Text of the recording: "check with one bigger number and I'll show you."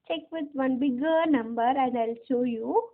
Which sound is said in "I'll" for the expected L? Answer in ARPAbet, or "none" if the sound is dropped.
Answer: L